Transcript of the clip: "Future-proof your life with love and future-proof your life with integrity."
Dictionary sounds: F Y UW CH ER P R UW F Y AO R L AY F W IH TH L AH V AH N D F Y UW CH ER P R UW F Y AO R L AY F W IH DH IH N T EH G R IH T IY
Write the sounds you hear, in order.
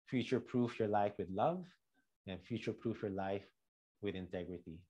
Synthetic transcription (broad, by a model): F Y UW CH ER P R UW F Y AO R L AY F W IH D L AH V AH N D F Y UW CH ER P R UW F Y AO R L AY F W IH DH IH N T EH G R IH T IY